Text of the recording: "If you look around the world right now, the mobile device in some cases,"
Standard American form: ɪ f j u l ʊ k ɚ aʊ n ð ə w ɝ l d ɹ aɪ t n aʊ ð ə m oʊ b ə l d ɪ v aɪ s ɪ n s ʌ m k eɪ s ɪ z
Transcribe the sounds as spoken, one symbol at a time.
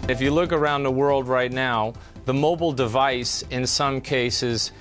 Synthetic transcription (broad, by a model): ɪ f j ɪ l ʊ k ɚ aʊ n ð ə w ɝ l d ɹ aɪ t n aʊ ð ə m oʊ b l d ɪ v aɪ s ɪ n s ʌ m k eɪ s ɪ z